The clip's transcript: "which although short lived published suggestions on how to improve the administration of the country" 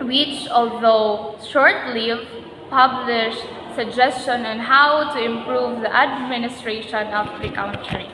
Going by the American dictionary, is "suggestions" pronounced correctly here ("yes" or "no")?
no